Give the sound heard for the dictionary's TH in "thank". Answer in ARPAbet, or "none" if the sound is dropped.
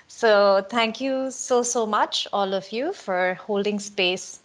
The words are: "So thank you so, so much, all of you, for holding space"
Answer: T